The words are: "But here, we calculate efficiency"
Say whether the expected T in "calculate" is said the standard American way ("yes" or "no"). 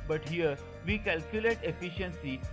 yes